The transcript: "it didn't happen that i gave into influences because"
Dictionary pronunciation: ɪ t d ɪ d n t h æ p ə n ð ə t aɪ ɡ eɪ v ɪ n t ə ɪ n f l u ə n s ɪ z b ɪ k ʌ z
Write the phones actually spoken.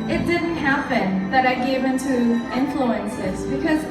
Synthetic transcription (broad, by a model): ɪ t d ɪ d n t h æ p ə n ð ə t aɪ ɡ eɪ v ɪ n t ə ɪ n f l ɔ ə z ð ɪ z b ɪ k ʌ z